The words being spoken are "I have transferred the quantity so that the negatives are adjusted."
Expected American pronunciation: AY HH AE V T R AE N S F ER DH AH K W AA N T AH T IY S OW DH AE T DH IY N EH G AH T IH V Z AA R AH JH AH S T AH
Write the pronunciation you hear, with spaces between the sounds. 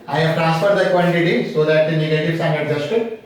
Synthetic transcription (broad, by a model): AY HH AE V T R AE N S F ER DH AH K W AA L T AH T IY S OW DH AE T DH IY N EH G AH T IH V S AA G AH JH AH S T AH